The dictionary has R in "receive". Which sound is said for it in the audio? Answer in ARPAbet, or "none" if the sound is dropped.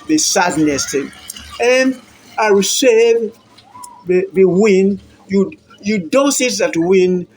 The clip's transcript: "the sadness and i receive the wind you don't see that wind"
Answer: W